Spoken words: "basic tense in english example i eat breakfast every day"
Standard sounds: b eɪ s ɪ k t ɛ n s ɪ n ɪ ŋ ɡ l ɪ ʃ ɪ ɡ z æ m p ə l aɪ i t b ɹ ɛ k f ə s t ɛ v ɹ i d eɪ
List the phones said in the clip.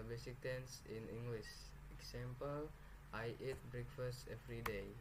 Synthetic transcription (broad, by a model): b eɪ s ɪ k t ɛ n s ɪ n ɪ ŋ ɡ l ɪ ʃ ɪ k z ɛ m p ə l aɪ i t b ɹ ɛ k f ə s t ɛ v ɹ i d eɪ